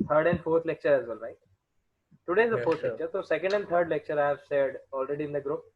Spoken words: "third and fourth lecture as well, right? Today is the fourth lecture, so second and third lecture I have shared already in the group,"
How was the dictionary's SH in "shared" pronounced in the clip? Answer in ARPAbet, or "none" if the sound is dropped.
S